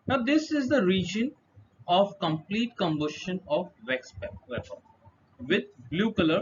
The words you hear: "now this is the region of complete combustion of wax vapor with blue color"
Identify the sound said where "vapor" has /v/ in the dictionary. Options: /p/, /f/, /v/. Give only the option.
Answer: /p/